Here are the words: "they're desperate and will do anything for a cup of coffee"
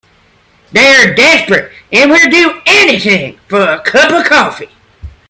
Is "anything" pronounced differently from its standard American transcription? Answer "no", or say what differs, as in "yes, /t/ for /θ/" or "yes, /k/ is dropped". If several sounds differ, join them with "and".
no